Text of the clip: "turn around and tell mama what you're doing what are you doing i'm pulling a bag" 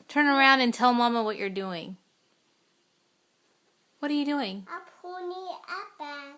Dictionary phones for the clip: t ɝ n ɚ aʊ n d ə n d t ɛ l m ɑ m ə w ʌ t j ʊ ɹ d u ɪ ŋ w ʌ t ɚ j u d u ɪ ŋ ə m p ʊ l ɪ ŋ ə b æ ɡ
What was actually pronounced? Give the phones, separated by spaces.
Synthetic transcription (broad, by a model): t ɝ n ɚ aʊ n d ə n t ɛ l m ɑ m ə w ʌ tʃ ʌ ɹ d u ɪ ŋ w ʌ t ɚ j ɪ d u ɪ ŋ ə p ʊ n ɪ ə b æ